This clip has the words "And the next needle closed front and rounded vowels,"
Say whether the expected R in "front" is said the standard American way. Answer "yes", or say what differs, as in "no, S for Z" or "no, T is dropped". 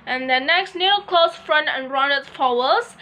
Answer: yes